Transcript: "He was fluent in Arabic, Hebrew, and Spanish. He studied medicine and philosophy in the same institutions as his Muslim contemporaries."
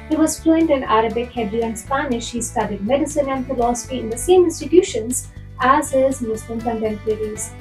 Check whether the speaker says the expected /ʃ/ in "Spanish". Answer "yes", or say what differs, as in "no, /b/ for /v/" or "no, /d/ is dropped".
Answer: yes